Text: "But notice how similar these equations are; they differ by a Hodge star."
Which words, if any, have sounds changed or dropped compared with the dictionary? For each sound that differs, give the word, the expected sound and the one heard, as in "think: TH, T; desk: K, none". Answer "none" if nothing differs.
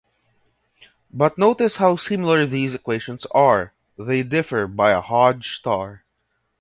none